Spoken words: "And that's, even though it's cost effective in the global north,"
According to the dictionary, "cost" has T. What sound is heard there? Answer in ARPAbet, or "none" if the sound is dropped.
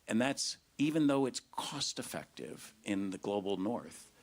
T